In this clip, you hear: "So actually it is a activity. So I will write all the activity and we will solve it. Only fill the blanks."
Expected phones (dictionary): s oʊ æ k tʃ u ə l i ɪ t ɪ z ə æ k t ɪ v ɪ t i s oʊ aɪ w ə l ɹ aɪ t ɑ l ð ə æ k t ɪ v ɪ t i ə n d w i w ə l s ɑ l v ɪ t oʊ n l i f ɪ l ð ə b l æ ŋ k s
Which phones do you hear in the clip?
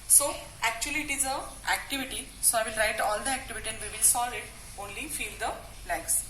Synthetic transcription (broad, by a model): s oʊ æ k tʃ u ə l i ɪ t ɪ z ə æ k t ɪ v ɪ t i s oʊ aɪ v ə l ɹ aɪ t ɑ l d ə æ k t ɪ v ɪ t i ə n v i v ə l s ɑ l ɪ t oʊ n l i f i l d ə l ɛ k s